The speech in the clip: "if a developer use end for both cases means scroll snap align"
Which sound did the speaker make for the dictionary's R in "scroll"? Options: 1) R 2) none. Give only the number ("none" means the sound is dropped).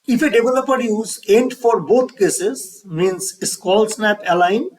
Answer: 2